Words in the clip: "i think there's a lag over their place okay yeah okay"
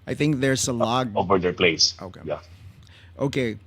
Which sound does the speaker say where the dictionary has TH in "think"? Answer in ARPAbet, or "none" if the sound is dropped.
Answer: TH